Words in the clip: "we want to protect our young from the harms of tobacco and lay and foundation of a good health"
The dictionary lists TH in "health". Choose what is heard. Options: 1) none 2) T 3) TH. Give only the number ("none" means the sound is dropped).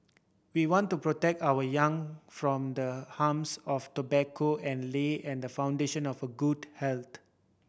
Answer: 2